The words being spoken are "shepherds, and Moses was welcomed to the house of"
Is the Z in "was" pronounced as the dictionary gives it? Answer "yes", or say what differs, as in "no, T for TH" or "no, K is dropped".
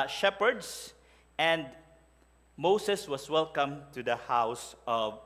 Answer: no, S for Z